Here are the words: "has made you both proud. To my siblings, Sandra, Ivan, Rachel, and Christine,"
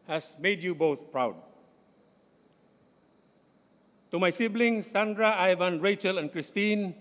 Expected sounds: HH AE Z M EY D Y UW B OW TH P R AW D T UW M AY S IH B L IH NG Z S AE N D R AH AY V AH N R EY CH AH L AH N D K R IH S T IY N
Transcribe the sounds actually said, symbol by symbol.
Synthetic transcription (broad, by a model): HH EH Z M EY D Y UW B OW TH P R AW D T UW M AY S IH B L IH NG S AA N D R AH AY V AH N R EY CH AH L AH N K R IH S T IY N